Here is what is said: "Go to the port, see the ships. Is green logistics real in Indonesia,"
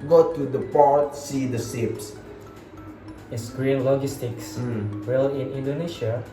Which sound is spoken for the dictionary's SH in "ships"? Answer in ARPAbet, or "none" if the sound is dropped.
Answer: S